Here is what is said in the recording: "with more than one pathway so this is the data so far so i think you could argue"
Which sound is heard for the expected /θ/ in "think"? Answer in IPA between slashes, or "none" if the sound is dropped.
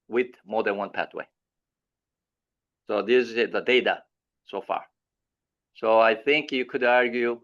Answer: /θ/